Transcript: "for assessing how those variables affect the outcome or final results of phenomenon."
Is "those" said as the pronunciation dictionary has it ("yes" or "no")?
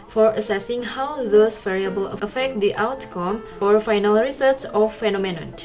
no